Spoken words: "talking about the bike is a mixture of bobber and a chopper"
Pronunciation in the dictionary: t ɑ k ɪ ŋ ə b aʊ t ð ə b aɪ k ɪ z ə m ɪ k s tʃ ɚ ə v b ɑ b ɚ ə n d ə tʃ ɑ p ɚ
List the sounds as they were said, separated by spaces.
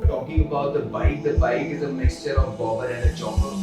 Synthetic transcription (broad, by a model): t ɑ k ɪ ŋ ə b aʊ t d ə b aɪ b ɪ z ə m ɪ k s tʃ ɚ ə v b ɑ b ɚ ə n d ə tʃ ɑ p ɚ